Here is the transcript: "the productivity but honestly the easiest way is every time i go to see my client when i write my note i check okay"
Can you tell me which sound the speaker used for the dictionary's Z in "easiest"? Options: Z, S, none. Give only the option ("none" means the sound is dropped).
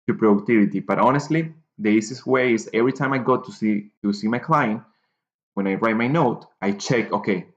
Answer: S